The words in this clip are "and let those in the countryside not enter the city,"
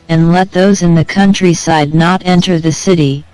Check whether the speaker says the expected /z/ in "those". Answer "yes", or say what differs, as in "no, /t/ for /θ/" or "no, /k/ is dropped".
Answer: yes